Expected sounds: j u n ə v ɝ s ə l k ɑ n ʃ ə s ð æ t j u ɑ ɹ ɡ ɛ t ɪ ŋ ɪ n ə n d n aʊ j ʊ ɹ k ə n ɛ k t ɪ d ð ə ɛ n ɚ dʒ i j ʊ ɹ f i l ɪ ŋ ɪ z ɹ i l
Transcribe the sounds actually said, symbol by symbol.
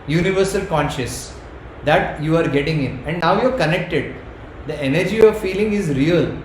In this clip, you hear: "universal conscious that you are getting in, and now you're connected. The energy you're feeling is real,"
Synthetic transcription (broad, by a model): j u n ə v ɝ s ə l k ɑ n ʃ ə s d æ t j u ɑ ɹ ɡ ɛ t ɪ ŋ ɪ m ə n d n aʊ j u ɹ k ə n ɛ k t ɪ d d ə ɛ n ɚ dʒ i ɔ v f i l ɪ ŋ ɪ z ɹ i l